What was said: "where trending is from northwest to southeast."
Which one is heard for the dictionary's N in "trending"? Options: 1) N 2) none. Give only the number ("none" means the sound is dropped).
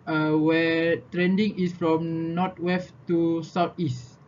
1